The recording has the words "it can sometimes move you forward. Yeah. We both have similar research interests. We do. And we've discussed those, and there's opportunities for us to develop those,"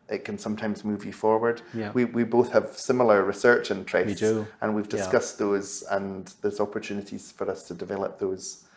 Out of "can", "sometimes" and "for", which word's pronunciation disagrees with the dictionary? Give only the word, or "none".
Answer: none